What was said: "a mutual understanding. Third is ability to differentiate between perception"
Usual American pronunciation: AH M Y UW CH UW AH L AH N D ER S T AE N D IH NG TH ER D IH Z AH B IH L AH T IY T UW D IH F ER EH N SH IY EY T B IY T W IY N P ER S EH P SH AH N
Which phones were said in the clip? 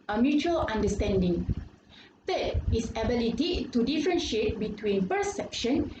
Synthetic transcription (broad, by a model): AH M Y UW CH UW AH L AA N D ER S T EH N D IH NG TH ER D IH S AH B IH L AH T IY T UW D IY F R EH N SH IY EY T B IY T W IY N P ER S EH P SH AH N